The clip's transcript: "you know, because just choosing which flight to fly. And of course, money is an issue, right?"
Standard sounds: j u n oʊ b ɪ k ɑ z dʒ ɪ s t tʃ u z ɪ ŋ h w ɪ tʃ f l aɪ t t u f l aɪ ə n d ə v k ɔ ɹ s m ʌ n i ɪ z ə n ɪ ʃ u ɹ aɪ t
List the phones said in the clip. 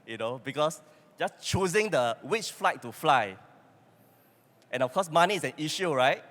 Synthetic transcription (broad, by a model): j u n oʊ b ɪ k ɑ s dʒ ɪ s tʃ u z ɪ ŋ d w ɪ tʃ f l aɪ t t u f l aɪ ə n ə f k ɔ s m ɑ n i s ə n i ʃ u ɹ aɪ t